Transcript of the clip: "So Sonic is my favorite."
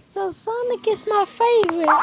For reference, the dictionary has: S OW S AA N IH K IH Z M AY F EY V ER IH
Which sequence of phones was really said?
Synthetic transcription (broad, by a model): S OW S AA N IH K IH S M AY F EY V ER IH